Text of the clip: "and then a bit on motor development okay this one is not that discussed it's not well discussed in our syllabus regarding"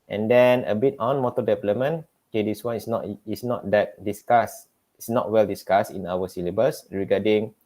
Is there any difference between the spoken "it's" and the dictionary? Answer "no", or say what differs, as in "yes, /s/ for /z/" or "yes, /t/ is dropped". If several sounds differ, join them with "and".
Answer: yes, /s/ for /t/